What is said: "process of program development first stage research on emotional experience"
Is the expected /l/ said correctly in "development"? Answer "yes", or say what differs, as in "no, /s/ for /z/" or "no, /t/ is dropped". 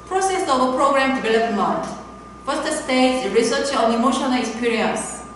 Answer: yes